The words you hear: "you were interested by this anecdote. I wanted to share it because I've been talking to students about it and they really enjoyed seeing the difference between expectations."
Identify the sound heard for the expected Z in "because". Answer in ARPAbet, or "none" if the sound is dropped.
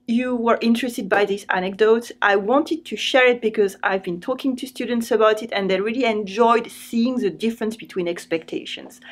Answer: Z